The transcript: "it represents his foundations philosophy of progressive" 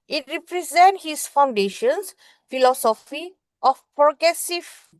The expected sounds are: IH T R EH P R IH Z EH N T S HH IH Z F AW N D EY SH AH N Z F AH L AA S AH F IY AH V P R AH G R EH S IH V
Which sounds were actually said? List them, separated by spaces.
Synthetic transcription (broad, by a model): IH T R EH P R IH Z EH N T HH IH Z F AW N D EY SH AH N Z F AH L AA S AH F IY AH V P R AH G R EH S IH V